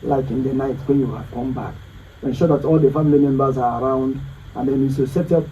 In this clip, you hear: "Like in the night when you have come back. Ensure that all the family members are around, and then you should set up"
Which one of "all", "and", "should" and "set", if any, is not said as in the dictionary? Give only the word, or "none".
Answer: should